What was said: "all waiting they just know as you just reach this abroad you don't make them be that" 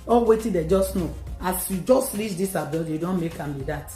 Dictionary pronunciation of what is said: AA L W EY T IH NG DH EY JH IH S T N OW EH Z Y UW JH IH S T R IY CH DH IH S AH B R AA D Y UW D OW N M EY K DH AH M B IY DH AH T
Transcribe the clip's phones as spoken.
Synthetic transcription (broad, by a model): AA L W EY T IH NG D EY JH IH S T N OW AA S Y UW JH IH S T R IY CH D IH S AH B AA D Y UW D OW N M EY K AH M B IY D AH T